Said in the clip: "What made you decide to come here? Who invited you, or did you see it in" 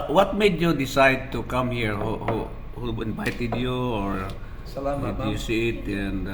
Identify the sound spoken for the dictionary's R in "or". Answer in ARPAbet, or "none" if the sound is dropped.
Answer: R